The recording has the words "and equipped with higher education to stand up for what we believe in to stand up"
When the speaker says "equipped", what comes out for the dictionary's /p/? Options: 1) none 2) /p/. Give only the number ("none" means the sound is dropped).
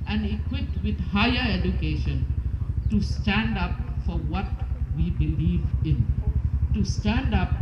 1